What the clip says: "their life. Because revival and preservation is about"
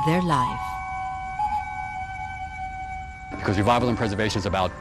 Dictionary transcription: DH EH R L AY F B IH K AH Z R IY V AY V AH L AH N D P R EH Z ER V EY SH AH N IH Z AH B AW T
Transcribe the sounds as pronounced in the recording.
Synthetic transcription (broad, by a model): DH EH R L AY F B IH K AH Z W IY V AY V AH L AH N P R EH Z ER V EY SH AH N Z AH B AW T